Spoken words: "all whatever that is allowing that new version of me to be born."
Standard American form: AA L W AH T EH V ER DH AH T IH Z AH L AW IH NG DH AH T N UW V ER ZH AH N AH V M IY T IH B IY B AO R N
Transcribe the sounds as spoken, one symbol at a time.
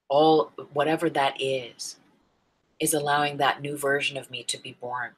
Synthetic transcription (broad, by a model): AA L W AH T EH V ER DH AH T IH Z AH L AW IH NG DH AH T N UW V ER ZH AH N AH V M IY T IH B IY B AO R N